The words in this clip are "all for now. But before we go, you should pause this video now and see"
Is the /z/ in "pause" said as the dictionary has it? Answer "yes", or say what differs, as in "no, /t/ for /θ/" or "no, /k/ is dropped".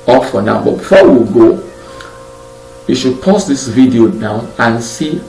no, /s/ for /z/